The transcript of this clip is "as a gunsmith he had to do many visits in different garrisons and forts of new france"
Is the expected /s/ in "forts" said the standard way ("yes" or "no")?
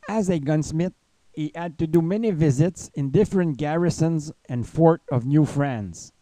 no